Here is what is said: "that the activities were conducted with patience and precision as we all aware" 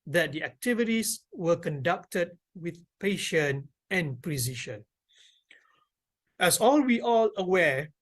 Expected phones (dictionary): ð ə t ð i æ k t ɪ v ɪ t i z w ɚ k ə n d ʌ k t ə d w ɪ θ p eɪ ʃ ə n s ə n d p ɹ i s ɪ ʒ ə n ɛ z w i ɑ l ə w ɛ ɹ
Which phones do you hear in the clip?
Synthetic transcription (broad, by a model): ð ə t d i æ k t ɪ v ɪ t i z w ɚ k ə n d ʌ k t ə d w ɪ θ p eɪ ʃ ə n ə n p ɹ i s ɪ ʃ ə n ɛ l w i ɑ l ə w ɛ